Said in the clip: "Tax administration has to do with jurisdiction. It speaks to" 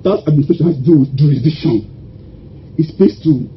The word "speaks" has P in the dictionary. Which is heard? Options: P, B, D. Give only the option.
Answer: B